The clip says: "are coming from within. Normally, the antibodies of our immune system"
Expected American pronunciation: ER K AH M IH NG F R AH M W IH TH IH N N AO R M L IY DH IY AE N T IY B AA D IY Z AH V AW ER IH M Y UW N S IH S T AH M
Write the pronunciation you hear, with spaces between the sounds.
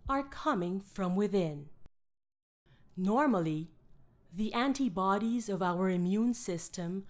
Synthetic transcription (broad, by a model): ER K AH M IH NG F R AH M W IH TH IH N N AO R M L IY DH IY AE N T IY B AA D IY Z AH V AW ER IH M Y UW N S IH S T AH M